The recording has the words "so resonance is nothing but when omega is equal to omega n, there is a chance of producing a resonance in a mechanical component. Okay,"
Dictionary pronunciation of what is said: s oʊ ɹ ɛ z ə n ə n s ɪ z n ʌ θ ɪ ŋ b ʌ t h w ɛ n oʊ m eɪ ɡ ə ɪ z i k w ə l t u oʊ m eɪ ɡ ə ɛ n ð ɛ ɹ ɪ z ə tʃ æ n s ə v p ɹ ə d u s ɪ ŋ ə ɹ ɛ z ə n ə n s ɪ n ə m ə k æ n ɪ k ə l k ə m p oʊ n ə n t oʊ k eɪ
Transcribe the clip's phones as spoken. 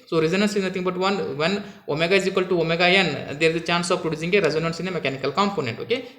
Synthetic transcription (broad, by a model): s oʊ ɹ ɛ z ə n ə n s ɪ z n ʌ t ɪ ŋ b ʌ t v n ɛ n oʊ m eɪ ɡ ə ɪ z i k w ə l t u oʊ m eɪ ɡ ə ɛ n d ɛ ɹ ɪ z ə tʃ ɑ n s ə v p ɹ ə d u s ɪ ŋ ə ɹ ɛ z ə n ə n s ɪ n ə m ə k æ n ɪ k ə l k ə m p oʊ n ə n t oʊ k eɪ